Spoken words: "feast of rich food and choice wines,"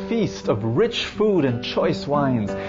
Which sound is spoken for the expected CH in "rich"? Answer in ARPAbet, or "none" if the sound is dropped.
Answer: CH